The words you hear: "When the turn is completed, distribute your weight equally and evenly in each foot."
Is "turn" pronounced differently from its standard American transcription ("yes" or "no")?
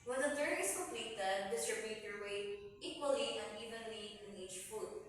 yes